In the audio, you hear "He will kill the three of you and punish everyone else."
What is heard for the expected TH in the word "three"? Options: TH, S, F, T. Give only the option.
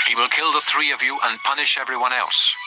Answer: TH